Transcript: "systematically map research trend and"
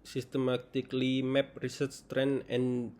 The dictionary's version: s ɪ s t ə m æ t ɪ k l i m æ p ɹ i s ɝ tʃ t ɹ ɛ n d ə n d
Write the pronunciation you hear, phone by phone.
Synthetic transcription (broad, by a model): s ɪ s t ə m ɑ t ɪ k l i m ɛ p ɹ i s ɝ s t ɹ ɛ n ə n